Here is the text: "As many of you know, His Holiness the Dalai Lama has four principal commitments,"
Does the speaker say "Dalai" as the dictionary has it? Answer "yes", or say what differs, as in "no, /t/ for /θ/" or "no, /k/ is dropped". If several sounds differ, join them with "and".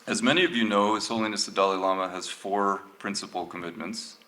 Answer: yes